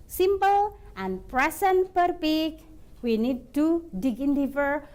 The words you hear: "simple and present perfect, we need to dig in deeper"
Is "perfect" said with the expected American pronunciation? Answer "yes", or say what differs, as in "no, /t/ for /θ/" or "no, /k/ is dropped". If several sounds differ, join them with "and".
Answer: no, /p/ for /f/